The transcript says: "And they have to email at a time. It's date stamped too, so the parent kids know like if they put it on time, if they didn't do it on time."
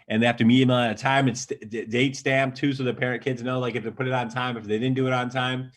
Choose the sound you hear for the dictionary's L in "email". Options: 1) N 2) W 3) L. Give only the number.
1